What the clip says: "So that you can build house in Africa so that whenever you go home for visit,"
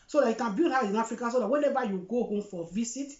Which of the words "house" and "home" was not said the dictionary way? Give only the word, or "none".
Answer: house